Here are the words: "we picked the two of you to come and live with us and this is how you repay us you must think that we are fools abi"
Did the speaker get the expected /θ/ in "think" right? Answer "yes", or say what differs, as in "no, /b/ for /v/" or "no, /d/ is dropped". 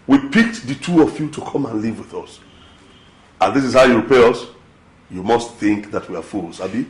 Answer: yes